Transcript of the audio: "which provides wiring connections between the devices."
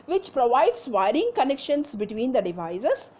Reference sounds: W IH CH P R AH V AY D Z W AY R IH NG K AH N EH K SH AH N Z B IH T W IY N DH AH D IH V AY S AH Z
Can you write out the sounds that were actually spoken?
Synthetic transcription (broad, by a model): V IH CH P R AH V AY D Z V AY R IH NG K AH N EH K SH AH N S B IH T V IY N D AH D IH V AY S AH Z